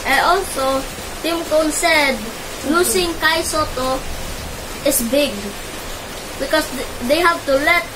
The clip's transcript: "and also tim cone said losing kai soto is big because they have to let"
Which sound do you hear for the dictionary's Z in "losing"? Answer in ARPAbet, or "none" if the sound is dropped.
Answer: S